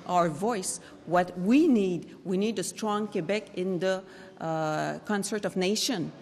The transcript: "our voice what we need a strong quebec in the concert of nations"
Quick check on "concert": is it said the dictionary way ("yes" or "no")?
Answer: yes